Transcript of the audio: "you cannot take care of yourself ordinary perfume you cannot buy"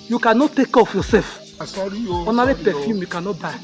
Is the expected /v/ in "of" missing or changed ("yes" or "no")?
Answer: yes